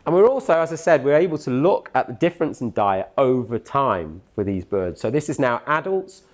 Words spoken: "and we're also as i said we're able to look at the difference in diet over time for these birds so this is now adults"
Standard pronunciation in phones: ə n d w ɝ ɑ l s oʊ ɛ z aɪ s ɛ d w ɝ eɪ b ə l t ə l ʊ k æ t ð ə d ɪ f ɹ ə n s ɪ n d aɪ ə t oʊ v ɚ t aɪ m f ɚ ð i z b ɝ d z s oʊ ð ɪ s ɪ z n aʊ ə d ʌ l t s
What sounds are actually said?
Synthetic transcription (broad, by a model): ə n w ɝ ɑ l s oʊ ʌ z aɪ s ɛ d w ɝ eɪ b ə l t ə l ʊ k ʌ t ð ə d ɪ f ɹ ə n s ɪ n d aɪ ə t oʊ v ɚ t aɪ m f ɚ ð i z b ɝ d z s oʊ ð ɪ s ɪ z n aʊ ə d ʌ l t s